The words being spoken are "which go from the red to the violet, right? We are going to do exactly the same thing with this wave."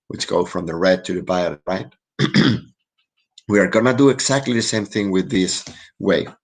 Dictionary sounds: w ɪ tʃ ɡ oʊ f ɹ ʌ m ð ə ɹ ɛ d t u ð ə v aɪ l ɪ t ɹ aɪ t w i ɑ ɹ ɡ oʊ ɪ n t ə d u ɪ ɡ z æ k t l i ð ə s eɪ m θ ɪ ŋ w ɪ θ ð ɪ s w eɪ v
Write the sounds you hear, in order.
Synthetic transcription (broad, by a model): w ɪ tʃ ɡ oʊ f ɹ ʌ m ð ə ɹ ɛ d t u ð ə b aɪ ɪ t ɹ aɪ t w i ɑ ɹ ɡ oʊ n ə d u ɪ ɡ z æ k t l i ð ə s eɪ m θ ɪ ŋ w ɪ ð ɪ s w eɪ